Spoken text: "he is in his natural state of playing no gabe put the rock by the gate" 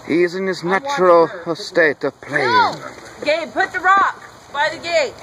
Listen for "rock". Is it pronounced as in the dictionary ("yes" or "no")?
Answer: yes